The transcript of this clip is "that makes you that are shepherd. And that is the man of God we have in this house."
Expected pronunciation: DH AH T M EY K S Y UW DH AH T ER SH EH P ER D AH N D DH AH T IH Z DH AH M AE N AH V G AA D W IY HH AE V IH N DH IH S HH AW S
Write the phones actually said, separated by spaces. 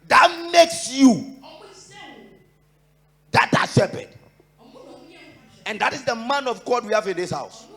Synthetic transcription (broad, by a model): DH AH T M EY K S Y UW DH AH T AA S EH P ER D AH N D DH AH T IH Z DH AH M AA N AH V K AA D W IY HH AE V IH N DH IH S HH AW S